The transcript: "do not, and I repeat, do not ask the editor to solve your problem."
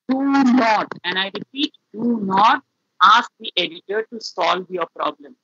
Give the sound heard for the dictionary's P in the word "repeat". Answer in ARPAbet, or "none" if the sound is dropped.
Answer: P